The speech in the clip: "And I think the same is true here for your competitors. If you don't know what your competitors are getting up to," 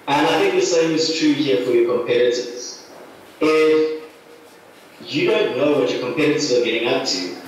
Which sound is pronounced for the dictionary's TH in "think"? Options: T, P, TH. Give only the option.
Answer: TH